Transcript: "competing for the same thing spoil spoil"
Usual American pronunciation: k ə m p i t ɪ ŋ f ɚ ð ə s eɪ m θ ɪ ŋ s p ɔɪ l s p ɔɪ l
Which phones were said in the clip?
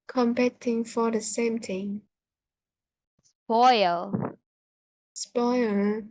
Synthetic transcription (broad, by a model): k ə m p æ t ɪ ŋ f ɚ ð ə s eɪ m t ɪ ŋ s p ɔɪ l s p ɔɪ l